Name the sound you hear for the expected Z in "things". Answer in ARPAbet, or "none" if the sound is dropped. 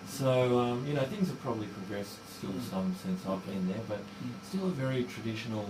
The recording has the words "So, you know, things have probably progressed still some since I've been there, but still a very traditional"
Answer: Z